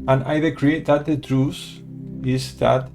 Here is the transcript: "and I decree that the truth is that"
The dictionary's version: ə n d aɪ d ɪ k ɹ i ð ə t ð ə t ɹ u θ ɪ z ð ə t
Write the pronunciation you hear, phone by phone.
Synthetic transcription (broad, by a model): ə n aɪ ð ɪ k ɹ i ð ə t ð ə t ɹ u s ɪ z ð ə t